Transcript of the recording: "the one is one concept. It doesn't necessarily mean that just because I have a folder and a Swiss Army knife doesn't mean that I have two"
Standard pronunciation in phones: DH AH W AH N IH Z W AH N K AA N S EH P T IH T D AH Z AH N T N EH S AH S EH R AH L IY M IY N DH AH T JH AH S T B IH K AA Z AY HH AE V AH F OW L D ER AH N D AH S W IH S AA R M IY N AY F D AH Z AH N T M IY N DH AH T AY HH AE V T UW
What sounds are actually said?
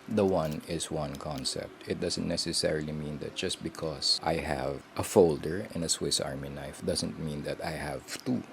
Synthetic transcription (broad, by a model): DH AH W AH N IH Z W AH N K AA N S EH P T IH T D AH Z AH N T N EH S AH S EH R AH L IY M IY N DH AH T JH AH S T B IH K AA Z AY HH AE V AH F OW L D ER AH N AH S W IH S AA R M IY N AY F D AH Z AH N T M IY N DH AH T AY HH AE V T UW